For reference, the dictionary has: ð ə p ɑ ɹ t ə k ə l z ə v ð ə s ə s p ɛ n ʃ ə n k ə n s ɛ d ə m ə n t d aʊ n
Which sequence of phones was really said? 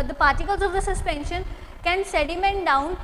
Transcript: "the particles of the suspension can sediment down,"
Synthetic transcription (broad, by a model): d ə p ɑ ɹ t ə k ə l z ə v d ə s ə s p ɛ n ʃ ə n k ə n s ɛ d ə m ə n t d aʊ n